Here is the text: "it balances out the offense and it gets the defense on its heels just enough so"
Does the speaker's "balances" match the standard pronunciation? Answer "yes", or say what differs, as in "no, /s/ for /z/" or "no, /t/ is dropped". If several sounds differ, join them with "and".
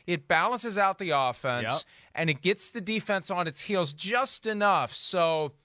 yes